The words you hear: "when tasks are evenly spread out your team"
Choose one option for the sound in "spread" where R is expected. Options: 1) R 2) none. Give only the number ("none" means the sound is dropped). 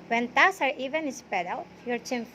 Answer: 2